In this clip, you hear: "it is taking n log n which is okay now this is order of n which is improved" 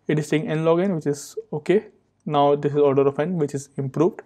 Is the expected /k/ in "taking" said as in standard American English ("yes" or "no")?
no